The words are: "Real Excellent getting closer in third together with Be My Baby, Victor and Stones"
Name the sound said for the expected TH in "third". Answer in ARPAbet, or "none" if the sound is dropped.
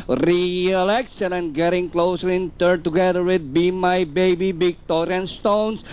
T